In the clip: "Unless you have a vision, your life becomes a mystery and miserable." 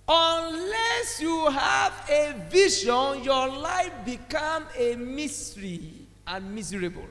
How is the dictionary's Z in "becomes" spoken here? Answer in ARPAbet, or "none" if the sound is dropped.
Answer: none